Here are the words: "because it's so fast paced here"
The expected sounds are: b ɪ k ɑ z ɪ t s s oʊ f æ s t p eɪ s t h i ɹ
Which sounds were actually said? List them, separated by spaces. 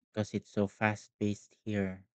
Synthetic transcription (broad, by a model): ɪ k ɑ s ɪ t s s oʊ f æ s t b eɪ s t h i ɹ